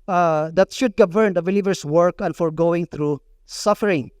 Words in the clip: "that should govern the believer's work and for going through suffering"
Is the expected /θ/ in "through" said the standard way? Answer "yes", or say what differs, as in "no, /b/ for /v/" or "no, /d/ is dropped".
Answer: no, /t/ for /θ/